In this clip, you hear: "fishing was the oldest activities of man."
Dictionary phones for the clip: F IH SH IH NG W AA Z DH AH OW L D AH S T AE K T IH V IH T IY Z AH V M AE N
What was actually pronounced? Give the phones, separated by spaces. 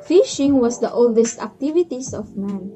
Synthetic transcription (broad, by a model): F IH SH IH NG W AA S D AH OW L D AH S T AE K T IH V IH T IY S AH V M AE N